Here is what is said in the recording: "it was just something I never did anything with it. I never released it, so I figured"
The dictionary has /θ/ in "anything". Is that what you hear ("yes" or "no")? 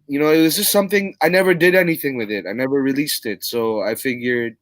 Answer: yes